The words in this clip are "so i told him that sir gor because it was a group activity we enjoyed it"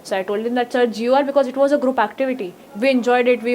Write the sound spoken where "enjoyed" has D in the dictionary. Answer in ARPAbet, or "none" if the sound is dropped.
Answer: D